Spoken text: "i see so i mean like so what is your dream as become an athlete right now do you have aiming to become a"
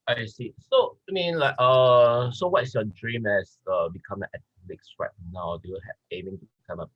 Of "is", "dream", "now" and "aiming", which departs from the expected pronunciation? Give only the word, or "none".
is